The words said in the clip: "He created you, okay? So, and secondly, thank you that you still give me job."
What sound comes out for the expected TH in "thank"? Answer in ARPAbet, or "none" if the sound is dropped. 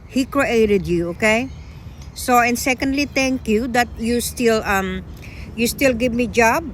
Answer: T